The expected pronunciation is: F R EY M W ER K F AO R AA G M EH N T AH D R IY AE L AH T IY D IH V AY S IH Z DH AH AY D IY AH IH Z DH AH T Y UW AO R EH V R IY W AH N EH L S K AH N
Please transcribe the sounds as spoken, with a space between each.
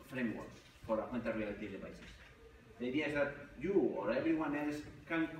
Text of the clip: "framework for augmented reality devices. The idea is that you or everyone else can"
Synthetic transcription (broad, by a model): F R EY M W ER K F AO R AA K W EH N T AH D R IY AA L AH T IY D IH P AY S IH S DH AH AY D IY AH IH Z DH AH T Y UW AO R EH B R IY W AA N EH L S K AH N